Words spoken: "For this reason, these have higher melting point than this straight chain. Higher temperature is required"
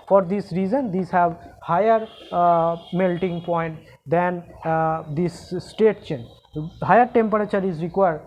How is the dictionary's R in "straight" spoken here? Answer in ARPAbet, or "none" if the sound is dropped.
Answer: none